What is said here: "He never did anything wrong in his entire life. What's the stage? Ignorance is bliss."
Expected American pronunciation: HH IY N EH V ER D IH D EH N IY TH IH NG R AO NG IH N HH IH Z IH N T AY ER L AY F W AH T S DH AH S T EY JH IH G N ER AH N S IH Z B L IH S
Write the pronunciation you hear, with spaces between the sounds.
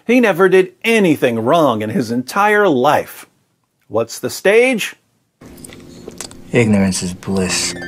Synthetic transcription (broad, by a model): HH IY N EH V ER D IH D EH N IY TH IH NG R AO NG IH N IH Z IH N T AY ER L AY F W AH T S DH AH S T EY JH IH G N ER AH N S IH Z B L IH S